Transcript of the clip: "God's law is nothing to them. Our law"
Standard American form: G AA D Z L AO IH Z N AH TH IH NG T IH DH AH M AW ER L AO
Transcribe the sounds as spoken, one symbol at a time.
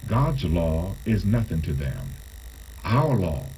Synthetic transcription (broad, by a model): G AA D Z L AO IH Z N AH TH IH NG T IH DH AH M AW ER L AO